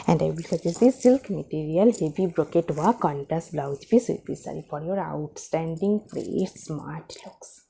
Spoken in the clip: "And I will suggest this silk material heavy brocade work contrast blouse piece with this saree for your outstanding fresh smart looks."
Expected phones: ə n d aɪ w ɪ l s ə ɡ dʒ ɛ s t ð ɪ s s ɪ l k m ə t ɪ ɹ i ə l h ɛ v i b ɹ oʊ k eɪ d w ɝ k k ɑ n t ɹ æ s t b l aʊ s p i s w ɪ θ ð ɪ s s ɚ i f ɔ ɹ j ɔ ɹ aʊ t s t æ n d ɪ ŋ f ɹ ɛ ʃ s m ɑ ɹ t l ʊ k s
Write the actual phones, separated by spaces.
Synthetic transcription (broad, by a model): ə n d aɪ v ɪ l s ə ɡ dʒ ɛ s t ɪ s s ɪ l k m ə t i ɹ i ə l h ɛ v i b ɹ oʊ k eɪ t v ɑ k k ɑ n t æ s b l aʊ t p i s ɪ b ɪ s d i f ɔ ɹ j ɔ ɹ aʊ t s t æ n d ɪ ŋ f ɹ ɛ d s m ɑ ɹ t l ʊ k s